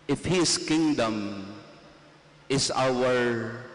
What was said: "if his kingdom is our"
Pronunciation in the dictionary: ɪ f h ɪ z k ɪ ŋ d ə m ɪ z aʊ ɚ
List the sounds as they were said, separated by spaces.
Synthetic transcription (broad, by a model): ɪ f h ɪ s k ɪ ŋ d ə m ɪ s aʊ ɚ